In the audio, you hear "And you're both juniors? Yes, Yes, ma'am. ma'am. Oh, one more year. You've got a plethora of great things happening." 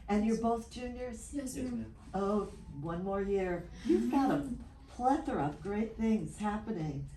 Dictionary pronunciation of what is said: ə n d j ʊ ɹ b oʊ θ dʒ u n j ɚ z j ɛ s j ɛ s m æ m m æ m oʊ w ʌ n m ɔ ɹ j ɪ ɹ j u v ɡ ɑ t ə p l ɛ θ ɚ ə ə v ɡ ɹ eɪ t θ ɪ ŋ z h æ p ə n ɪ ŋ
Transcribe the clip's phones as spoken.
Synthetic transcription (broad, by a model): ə n j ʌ ɹ b oʊ θ dʒ u n j ɚ z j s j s oʊ w ʌ n m ɔ ɹ j ɪ ɹ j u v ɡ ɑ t ə p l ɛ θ ɚ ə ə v ɡ ɹ eɪ t θ ɪ ŋ z h æ p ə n ɪ ŋ